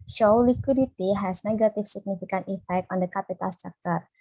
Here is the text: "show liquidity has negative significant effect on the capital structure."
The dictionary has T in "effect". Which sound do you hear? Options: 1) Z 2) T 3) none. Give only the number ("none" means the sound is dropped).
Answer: 2